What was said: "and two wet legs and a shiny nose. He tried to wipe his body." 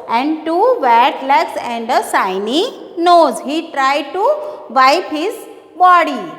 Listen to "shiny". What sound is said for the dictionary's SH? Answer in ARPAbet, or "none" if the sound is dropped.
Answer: S